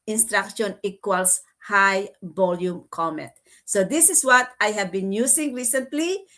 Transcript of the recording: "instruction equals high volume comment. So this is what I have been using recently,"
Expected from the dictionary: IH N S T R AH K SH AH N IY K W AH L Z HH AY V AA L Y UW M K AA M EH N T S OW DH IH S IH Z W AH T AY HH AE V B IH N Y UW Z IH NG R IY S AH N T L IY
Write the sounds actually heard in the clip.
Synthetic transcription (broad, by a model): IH N S T R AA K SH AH N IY K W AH L S HH AY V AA L Y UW M K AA M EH T S OW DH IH S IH S W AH T AY HH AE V B IH N Y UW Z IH NG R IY S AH N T L IY